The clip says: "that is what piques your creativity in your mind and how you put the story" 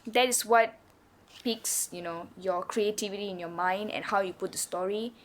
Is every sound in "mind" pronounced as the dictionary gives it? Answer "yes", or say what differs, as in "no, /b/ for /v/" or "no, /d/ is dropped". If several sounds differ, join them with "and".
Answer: yes